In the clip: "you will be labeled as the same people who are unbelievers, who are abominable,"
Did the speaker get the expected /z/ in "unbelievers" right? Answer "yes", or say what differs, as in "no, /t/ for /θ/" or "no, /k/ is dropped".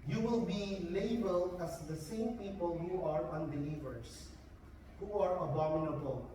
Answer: no, /s/ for /z/